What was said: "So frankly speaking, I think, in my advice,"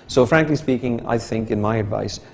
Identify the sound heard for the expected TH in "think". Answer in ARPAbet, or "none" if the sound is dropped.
TH